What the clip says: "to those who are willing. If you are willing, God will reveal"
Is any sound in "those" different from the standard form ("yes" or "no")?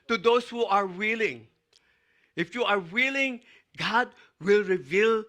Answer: yes